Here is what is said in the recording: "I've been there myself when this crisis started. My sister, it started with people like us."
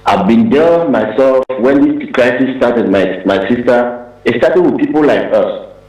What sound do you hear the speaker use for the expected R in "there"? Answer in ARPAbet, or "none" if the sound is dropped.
L